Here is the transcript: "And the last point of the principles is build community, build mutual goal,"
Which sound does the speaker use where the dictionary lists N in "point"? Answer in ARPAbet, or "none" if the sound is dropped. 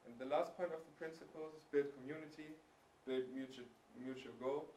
N